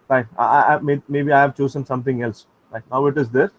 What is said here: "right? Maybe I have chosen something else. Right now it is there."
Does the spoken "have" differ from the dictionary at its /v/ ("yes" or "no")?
no